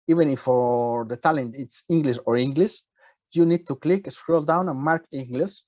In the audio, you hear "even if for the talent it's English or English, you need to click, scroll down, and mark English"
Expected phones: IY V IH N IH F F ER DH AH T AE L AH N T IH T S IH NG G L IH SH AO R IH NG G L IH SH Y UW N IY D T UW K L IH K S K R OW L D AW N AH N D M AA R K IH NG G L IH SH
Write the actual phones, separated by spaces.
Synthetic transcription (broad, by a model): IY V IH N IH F F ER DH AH T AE L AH N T IH T S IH NG G L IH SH AO R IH NG G L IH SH Y UW N IY D T UW K L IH K S K R OW L D AW N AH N M AA R K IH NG G L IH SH